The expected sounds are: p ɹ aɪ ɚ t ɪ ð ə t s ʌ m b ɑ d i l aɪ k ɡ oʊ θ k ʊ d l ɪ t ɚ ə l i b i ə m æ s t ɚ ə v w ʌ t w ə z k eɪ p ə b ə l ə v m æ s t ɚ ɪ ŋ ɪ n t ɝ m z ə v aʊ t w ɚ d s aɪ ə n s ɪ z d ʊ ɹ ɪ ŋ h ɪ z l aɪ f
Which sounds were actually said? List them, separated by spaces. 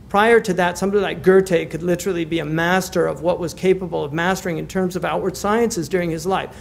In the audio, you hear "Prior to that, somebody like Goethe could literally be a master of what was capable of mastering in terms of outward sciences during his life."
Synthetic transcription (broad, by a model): p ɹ aɪ ɚ t ɪ ð ə t s ʌ m b ɑ d i l aɪ k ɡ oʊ t k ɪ d l ɪ t ɚ l i b i ə m æ s t ɚ ə v w ʌ t w ə z k eɪ p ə b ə l ə v m æ s t ɚ ɪ ŋ ɪ n t ɝ m z ə v aʊ t w ɚ d s aɪ ə n s ɪ z d ʊ ɹ ɪ ŋ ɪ z l aɪ f